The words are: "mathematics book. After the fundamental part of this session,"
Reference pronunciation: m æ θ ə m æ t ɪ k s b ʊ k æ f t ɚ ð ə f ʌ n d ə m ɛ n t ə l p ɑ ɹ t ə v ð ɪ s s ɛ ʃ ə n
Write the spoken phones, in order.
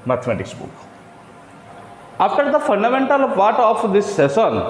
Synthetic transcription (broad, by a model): m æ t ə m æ t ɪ k s b ʊ k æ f t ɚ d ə f ʌ n d ə m ɛ n t ə l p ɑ ɹ t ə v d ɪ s s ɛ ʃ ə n